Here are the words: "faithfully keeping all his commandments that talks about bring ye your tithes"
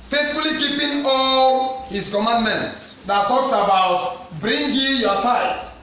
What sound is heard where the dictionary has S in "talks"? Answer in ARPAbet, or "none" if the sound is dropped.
S